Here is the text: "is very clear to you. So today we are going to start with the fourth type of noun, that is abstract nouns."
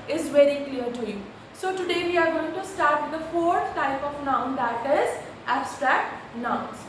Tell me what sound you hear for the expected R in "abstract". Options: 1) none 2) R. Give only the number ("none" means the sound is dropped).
2